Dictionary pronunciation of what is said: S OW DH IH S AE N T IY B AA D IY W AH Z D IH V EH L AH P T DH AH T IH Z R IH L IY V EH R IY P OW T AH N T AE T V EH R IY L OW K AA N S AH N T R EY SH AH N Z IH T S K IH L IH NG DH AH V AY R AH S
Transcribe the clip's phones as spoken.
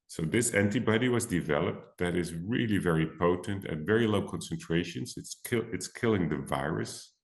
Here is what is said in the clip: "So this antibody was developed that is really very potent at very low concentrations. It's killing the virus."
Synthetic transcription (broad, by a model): S OW DH IH S AE N T IY B AA D IY W AH Z D IH V EH L AH P T DH AH T IH Z R IH L IY V EH R IY P OW T AH N T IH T V EH R IY L OW K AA N S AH N T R EY SH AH N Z IH T S K IH L IH NG DH AH V AY R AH S